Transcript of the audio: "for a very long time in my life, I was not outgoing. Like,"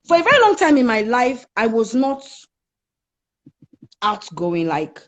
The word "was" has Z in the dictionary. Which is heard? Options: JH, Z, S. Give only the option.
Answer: Z